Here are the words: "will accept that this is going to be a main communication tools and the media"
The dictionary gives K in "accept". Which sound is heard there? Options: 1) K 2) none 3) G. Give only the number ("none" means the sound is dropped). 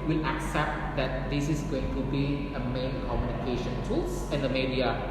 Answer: 1